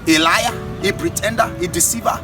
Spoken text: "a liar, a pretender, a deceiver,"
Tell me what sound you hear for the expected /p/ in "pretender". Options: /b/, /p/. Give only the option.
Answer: /b/